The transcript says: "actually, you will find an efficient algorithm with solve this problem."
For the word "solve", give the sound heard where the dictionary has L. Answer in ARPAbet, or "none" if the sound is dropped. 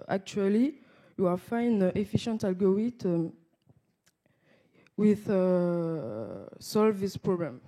L